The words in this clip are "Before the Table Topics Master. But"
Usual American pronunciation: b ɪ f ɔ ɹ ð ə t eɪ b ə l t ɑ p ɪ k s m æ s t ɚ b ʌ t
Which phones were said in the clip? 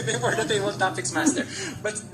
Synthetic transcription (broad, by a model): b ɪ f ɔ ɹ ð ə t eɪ ə w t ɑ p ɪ k s m æ s t ɚ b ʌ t